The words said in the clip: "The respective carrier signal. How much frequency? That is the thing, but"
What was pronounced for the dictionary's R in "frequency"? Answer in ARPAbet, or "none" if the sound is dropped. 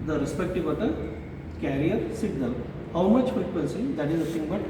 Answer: none